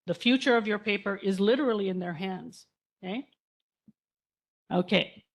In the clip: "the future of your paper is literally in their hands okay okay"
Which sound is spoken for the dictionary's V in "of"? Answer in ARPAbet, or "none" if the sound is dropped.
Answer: V